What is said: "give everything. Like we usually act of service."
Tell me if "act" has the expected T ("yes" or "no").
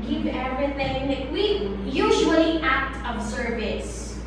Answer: yes